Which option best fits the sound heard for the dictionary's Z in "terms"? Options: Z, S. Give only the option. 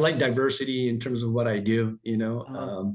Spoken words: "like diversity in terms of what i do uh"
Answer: Z